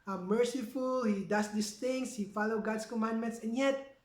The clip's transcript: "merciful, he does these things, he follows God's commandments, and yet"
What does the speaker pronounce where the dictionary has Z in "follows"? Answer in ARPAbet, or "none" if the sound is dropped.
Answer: none